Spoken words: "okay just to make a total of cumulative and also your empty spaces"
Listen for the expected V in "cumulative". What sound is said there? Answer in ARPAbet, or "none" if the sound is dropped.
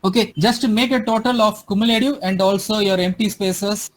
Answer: none